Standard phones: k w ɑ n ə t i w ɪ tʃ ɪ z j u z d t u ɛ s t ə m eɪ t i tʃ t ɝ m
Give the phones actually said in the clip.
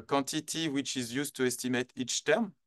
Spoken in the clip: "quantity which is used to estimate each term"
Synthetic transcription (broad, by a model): k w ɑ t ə t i w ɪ tʃ ɪ z j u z t u ɛ s t ə m eɪ t i tʃ t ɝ m